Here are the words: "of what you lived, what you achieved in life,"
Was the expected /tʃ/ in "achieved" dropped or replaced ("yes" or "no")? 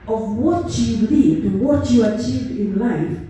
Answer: no